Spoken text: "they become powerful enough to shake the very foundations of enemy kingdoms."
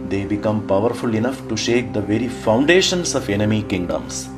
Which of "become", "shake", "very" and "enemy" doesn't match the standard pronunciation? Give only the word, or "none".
none